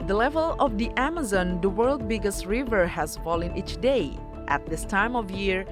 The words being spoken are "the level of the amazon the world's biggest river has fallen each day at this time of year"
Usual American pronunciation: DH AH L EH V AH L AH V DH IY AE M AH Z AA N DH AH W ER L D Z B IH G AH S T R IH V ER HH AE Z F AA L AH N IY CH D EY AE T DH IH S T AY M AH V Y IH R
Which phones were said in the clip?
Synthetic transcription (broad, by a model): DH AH L EH V AH L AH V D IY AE M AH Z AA N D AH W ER L D B IH G AH S T R IH V ER HH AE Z F AA L AH N IY CH D EY AE T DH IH S T AY M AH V Y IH R